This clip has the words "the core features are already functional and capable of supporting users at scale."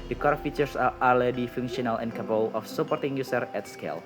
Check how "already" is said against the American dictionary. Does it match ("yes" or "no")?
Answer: no